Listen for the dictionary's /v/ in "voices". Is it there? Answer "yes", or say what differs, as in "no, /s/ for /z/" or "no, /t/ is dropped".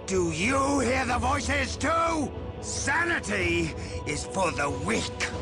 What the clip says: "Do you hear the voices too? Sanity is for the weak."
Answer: yes